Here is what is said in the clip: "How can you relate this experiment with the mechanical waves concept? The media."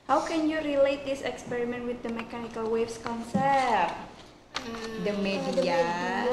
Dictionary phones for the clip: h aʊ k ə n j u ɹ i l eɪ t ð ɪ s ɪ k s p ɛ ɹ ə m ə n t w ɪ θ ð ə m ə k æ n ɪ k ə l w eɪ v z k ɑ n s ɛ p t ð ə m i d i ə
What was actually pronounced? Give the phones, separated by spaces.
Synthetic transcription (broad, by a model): h aʊ k ə n j u ɹ i l eɪ t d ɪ s ɪ k s p ɛ ɹ ə m ə n t w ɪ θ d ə m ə k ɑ n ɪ k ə l w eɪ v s k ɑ n s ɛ t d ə m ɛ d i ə